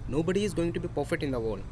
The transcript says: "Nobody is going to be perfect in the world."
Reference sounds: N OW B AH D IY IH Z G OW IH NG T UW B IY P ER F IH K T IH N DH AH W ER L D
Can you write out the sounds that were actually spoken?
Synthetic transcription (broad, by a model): N OW B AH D IY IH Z G OW IH NG T UW B IY P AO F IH T IH N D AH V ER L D